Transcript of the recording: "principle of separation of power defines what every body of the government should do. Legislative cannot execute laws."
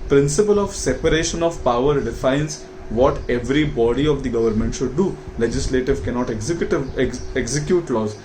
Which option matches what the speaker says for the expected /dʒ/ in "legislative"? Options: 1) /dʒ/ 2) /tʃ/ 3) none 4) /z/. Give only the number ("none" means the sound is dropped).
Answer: 1